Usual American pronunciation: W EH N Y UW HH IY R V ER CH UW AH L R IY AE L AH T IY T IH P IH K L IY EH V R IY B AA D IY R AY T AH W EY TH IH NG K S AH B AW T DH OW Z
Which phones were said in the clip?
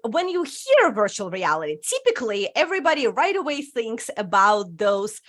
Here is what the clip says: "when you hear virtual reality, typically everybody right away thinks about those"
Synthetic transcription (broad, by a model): W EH N Y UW HH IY R V ER CH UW L R IY AE L AH T IY T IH P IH K L IY EH V R IY B AA D IY R AY T AH W EY TH IH NG K S AH B AW T DH OW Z